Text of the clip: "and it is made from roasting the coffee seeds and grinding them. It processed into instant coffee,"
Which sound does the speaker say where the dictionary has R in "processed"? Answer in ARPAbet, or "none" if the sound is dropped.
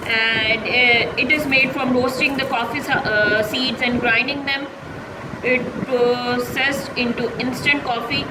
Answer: none